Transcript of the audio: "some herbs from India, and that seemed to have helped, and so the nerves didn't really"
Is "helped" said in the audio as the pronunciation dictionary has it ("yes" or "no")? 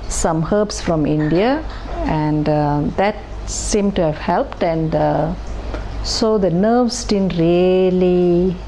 yes